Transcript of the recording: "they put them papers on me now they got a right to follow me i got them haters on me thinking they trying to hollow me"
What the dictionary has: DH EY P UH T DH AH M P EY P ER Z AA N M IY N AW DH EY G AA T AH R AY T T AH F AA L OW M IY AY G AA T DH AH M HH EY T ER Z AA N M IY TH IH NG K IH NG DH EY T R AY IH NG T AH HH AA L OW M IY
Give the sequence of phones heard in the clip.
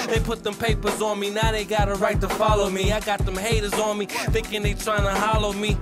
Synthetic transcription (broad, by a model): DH EY P UH T DH AH M P EY P ER Z N M IY N AW DH EY G AA T AH R AY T T AH F AA L OW M IY AY G AA T DH AH M HH EY T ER Z N M IY TH IH NG K IH NG DH EY T R AY IH NG T AH HH AA L OW M IY